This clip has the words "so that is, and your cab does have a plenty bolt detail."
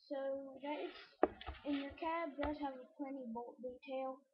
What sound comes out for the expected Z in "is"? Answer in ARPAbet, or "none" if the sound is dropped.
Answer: S